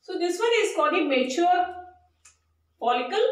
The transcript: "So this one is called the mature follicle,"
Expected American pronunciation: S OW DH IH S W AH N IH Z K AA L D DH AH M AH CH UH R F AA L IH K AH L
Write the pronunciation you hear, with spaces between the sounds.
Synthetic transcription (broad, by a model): S OW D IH S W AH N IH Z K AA D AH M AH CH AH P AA L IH K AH L